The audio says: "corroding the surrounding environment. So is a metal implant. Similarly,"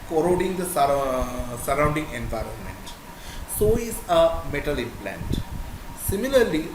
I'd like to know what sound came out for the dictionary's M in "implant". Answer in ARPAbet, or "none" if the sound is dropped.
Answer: none